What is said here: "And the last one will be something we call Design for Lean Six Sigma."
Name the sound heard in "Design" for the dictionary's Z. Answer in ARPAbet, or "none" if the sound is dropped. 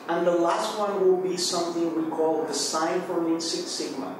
S